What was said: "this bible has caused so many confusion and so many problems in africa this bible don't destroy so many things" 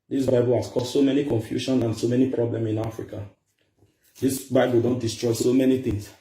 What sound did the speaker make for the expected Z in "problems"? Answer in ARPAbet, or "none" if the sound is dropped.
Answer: none